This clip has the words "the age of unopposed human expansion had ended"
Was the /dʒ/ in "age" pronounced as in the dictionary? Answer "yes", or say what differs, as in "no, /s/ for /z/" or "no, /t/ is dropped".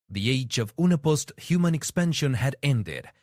yes